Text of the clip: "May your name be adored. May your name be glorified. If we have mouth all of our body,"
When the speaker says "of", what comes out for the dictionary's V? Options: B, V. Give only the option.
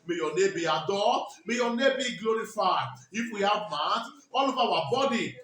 B